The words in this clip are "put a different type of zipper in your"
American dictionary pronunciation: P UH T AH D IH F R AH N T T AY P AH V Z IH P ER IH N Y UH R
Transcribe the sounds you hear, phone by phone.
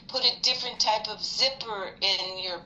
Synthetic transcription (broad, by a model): P UH T AH D IH F R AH N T T AY P AH V Z IH P ER IH N Y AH R